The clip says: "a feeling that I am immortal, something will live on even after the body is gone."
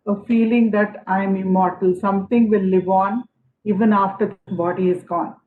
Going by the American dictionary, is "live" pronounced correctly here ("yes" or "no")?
yes